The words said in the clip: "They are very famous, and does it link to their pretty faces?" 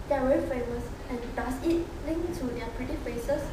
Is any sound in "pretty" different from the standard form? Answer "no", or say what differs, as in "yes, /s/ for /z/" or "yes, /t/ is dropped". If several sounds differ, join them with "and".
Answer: no